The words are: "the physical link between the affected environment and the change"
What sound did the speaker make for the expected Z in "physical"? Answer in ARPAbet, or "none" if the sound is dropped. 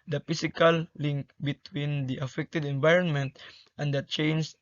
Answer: S